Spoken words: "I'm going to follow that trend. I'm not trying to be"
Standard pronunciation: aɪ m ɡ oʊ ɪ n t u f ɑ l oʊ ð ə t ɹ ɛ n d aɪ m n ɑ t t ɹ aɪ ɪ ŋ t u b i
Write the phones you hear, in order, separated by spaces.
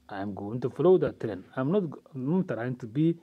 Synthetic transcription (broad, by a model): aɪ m ɡ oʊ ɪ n t u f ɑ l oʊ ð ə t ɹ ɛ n aɪ m n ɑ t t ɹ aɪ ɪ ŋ t u b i